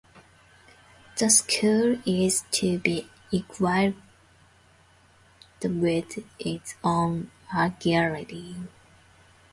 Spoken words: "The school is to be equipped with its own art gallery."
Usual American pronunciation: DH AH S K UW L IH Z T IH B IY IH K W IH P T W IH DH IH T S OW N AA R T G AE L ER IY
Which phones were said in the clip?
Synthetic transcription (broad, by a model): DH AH S K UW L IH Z T IH B IY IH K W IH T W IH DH IH T S OW N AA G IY ER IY